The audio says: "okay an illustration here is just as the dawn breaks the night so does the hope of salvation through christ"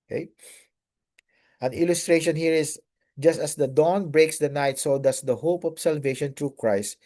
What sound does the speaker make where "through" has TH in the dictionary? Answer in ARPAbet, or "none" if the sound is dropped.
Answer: T